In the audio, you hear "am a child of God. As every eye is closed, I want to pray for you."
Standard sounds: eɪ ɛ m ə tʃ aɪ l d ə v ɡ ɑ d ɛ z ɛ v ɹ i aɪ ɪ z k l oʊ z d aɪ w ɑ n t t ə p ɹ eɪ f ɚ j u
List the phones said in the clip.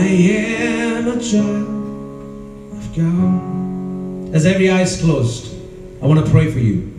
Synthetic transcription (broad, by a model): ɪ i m ə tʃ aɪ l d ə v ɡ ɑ ɪ z ɛ v ɹ i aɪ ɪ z k l oʊ z d aɪ w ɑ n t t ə p ɹ eɪ f ɚ j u